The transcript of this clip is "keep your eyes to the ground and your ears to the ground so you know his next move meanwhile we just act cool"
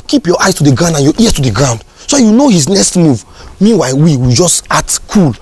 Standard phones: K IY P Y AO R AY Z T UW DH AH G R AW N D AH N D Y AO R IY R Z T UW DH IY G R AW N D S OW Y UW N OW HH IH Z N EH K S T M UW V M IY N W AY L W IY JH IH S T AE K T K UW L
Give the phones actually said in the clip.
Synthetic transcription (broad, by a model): K IY P Y AO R AY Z T UW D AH G R AW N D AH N Y AO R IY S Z T UW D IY G R AW N D S OW Y UW N OW HH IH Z N EH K S T M UW V M IY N W AY W W IY JH IH S T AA T K UW L